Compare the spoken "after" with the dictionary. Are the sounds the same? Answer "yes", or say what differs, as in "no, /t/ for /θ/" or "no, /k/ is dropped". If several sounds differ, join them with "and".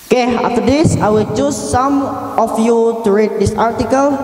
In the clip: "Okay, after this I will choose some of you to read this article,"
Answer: no, /f/ is dropped